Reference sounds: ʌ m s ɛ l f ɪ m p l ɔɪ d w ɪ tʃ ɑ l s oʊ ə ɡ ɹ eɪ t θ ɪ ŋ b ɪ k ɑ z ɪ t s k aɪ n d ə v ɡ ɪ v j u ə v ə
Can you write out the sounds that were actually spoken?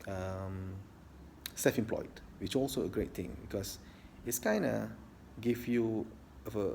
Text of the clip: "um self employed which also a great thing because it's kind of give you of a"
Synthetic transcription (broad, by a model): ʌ m s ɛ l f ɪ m p l ɔɪ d w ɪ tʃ ɑ l s oʊ ə ɡ ɹ eɪ t t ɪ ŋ b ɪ k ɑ s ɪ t s k aɪ n d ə ɡ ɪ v j u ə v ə